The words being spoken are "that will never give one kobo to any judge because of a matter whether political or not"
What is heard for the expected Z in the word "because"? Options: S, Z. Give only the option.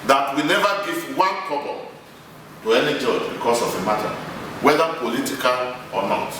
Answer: S